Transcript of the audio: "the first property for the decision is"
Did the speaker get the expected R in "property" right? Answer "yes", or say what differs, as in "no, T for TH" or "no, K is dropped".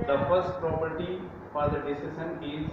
yes